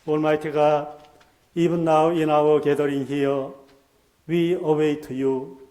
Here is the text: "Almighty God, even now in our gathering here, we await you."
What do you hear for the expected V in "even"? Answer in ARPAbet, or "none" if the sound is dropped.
B